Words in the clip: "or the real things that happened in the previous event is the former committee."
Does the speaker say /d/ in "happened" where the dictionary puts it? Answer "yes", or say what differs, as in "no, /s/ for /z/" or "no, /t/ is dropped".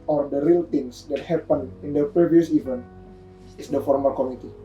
no, /d/ is dropped